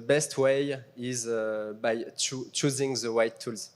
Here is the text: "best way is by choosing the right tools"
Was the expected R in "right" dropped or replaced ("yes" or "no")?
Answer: yes